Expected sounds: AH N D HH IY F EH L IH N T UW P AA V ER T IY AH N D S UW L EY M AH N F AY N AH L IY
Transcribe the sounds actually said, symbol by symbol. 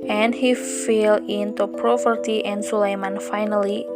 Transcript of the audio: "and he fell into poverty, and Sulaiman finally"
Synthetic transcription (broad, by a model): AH N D HH IY F EH L IH N T UW P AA P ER T IY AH N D S UW L EY M AH N F AY N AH L IY